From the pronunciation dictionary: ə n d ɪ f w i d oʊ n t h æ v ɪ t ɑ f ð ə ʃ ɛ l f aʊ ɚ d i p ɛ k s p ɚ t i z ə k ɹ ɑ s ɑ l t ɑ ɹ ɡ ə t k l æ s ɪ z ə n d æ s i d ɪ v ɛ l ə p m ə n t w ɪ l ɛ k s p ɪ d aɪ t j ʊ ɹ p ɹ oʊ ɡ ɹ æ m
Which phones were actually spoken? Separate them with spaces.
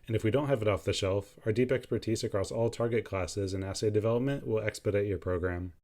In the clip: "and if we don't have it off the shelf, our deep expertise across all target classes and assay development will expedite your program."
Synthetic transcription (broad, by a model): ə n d ɪ f w i d oʊ n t h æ v ɪ t ɑ f ð ə ʃ ɛ l f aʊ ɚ d i p ɛ k s p ɚ t i z ə k ɹ ɑ s ɑ l t ɑ ɹ ɡ ə t k l æ s ɪ z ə n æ s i d ɪ v ɛ l ə p m ə n t w ɪ l ɛ k s p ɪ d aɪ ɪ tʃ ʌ ɹ p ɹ oʊ ɡ ɹ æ m